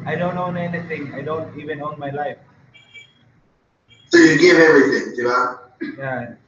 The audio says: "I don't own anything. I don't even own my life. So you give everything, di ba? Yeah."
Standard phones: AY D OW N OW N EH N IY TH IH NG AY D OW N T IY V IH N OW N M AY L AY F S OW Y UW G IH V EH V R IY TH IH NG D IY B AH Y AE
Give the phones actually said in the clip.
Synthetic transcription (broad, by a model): AY D OW N OW N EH N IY T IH NG AY D OW N T IY V IH N OW N M AY L AY F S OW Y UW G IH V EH R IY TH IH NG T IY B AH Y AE